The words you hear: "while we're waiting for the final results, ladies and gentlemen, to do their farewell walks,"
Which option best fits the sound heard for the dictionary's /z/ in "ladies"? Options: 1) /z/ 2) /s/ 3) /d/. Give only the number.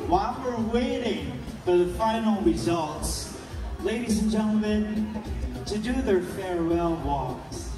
1